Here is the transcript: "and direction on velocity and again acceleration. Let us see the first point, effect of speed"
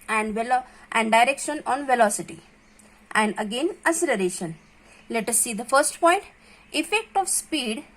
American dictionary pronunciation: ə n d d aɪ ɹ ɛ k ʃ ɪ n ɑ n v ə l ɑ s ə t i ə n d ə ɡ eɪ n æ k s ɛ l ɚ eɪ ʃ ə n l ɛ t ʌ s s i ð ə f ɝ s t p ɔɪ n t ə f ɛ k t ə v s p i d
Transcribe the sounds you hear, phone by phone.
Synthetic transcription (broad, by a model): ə n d d aɪ ɹ ɛ k ʃ ɪ n ɑ n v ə l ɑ s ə t i ə n d ə ɡ eɪ n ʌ s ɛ l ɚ eɪ ʃ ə n l ɛ t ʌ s s i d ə f ɝ s t p ɔɪ n t ə f ɛ k t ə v s p i d